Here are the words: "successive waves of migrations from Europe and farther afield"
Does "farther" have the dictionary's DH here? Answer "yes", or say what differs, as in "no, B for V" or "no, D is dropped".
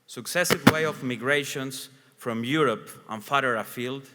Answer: no, DH is dropped